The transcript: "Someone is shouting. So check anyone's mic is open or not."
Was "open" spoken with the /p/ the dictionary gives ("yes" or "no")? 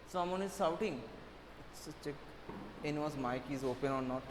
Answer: yes